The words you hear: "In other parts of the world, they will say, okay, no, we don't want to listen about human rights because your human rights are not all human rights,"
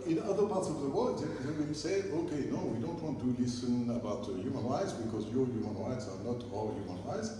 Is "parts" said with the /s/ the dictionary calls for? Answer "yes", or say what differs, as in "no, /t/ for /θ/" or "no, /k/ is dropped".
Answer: yes